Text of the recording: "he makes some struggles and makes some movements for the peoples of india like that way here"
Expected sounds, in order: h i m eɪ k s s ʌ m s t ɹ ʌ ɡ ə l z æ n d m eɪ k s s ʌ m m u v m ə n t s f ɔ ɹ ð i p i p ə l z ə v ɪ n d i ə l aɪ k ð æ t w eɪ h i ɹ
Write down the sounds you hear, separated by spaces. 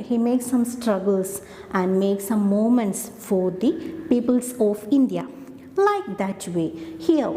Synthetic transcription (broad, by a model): h i m eɪ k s s ʌ m s t ɹ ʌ ɡ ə l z æ n d m eɪ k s s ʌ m m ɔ m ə n t s f ɔ ɹ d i p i p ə l s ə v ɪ n d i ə l aɪ k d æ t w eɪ h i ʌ